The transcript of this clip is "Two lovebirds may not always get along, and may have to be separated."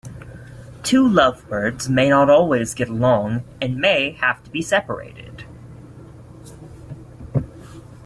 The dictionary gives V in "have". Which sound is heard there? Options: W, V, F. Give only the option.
F